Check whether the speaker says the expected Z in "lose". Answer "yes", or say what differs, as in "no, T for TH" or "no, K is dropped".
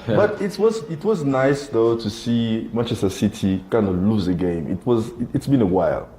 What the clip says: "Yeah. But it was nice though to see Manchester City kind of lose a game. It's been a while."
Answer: yes